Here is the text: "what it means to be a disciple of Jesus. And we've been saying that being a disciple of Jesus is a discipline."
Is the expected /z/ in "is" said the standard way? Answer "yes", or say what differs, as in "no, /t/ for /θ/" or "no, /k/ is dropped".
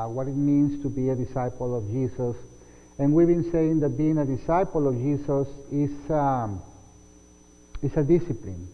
no, /s/ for /z/